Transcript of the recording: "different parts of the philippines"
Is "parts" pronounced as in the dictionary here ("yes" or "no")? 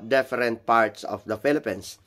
yes